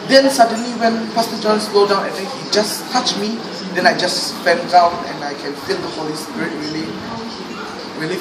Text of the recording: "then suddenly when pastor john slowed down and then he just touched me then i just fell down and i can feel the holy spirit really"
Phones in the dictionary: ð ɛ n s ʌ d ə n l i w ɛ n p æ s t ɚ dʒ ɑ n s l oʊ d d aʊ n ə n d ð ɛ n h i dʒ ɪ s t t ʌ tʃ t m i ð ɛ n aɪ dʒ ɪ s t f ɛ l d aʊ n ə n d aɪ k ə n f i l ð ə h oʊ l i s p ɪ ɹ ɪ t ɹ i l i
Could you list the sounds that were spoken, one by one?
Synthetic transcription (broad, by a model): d ɛ n s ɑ d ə n l i w ɛ n p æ s t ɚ dʒ ɑ n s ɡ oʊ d d aʊ n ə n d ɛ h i dʒ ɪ s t t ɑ tʃ m i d ɛ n aɪ dʒ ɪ s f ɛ n d aʊ n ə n aɪ k ə n f i l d ə h oʊ l i s p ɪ ɹ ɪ t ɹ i l i